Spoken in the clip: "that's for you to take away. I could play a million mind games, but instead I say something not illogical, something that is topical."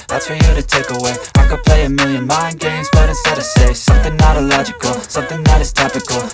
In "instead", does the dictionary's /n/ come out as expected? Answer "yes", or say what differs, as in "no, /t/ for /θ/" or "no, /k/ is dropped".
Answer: no, /n/ is dropped